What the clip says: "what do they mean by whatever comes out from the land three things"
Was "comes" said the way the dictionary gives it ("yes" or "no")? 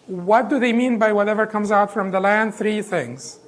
yes